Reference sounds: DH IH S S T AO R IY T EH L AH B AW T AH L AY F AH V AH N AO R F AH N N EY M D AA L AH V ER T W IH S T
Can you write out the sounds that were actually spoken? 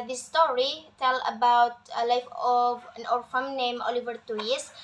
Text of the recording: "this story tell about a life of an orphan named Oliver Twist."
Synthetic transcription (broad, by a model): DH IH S S T AO R IY T EH L AH B AW T AH L AY F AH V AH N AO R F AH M N EY M AA L AH V ER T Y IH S